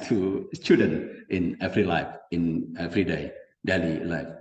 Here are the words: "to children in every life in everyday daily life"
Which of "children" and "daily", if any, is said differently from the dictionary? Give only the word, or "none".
children